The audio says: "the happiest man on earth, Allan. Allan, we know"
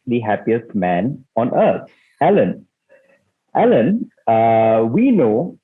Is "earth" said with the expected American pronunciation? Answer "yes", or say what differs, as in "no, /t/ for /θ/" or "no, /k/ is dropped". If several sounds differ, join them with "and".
no, /t/ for /θ/